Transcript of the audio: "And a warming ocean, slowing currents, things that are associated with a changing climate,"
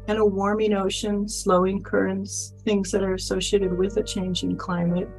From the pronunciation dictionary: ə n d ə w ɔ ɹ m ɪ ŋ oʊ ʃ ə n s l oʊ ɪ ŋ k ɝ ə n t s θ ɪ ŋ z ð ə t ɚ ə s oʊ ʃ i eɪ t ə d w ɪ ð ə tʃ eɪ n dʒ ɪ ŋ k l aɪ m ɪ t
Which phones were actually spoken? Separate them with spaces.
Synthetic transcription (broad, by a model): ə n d ə w ɔ ɹ m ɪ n oʊ ʃ ə n s l oʊ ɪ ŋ k ɝ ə n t s θ ɪ ŋ z ð ə t ɚ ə s oʊ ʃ i eɪ t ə d w ɪ ð ə tʃ eɪ n dʒ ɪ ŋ k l aɪ m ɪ t